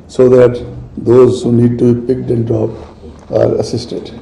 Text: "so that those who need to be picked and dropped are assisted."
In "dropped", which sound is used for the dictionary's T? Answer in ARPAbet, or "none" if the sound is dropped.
none